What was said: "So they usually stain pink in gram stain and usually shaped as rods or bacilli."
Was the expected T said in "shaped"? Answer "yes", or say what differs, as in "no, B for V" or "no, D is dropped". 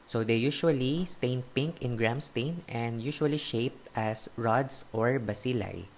yes